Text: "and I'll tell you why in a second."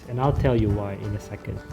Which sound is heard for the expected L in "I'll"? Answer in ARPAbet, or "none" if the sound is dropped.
L